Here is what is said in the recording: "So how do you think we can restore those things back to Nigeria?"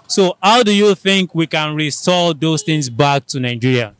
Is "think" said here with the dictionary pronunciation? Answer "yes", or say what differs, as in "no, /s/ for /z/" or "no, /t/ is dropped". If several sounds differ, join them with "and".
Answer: yes